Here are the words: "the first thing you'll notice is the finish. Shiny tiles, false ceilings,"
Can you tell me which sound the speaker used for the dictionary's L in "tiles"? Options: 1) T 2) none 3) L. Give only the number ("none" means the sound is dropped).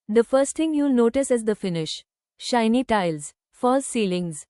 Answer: 3